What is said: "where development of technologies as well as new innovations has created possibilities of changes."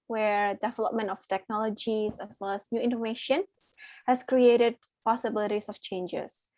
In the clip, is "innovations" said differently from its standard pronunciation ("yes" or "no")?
yes